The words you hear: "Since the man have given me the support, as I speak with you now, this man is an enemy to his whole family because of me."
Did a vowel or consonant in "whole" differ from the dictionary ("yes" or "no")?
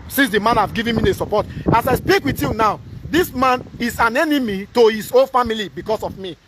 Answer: yes